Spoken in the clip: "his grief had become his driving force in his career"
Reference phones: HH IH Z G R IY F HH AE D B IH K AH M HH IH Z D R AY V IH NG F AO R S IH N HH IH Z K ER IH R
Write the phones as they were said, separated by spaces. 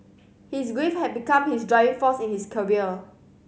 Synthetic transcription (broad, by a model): HH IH S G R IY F HH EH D B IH K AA M HH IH S D R AY V IH NG F AO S IH N HH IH S K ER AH L